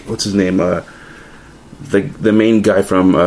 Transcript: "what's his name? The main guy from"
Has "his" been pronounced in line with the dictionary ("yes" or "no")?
yes